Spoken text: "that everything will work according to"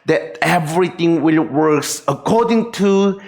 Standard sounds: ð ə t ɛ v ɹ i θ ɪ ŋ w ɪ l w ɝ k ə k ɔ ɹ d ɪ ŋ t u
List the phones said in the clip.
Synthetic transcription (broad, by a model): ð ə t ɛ v ɹ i t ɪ ŋ w ɪ l w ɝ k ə k ɔ d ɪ ŋ t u